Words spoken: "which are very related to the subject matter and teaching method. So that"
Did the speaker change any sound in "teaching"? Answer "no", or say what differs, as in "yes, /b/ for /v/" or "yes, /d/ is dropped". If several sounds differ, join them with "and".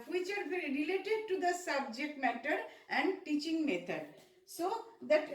no